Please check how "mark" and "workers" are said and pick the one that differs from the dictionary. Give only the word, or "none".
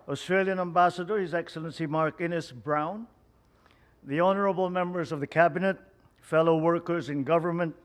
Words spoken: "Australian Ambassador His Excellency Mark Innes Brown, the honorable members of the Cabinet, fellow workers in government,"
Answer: none